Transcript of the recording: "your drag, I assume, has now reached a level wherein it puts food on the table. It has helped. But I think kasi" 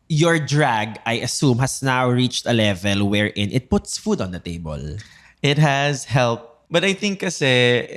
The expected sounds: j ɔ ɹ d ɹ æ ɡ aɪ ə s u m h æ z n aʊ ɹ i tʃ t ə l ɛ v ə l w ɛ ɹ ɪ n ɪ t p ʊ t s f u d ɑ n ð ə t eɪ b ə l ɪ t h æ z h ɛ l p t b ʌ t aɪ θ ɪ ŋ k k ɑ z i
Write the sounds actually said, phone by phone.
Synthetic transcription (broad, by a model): j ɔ ɹ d ɹ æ ɡ aɪ ə s u m h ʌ s n aʊ ɹ i tʃ t ə l ɛ v ə l w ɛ ɹ ɪ n ɪ t p ʊ t s f u d ɑ n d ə t eɪ b ə l ɪ t h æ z h ɛ l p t b ʌ t aɪ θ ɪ ŋ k k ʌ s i